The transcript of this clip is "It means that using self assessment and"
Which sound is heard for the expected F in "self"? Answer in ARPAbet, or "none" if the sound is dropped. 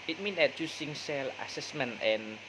none